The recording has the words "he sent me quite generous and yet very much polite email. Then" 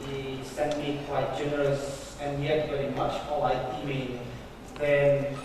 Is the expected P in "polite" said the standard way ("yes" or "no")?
no